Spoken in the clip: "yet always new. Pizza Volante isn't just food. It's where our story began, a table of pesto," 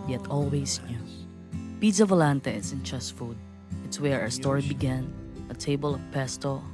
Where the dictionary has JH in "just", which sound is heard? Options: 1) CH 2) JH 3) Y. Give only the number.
1